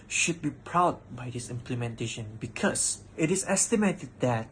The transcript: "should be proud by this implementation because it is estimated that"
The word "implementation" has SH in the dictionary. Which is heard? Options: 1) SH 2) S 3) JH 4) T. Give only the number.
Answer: 1